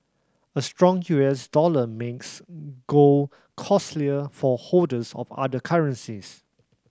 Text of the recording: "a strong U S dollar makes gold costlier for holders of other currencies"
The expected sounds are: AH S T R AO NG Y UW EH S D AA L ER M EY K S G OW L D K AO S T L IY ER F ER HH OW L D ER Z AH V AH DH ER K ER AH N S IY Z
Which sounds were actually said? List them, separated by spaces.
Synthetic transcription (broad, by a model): AH S T R AO NG Y UW EH S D AA L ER M EY K S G OW K AO S T L IY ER F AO HH OW D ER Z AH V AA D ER K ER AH N S IY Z